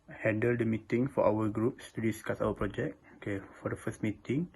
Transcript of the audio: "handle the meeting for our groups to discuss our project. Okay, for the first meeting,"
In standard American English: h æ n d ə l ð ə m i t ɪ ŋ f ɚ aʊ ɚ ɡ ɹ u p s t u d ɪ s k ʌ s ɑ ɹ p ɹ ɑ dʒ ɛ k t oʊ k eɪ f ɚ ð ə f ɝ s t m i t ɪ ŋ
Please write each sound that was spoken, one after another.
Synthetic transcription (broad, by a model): h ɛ n d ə l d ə m i t ɪ ŋ f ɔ aʊ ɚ ɡ ɹ u p s t u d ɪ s k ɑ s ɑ l p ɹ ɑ dʒ ɛ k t oʊ k eɪ f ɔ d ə f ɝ s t m i t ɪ ŋ